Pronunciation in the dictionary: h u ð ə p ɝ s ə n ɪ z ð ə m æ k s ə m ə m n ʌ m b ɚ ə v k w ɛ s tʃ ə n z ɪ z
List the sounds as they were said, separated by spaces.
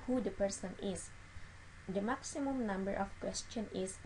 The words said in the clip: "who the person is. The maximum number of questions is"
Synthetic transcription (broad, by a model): h u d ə p ɝ s ə n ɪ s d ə m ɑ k s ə m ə m n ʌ m b ɚ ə f k w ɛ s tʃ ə n ɪ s